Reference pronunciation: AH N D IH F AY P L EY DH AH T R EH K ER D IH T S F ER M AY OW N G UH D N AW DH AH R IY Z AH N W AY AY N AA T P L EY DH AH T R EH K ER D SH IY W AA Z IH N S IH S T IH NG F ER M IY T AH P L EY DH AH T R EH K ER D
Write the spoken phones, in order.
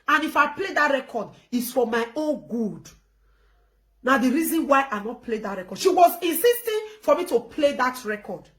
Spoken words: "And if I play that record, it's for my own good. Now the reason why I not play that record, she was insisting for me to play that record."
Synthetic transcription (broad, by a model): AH N IH F AY P L EY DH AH T R EH K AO D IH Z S F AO M AY OW N G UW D N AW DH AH R IY Z AH N W AY AY N AA T P L EY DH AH T R EH K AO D SH IY W AA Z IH N S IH S T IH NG F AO M IY T AH P L EY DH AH T R EH K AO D